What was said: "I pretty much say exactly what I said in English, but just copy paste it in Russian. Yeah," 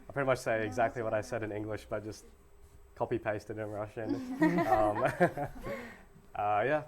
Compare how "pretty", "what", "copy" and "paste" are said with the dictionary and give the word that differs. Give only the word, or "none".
none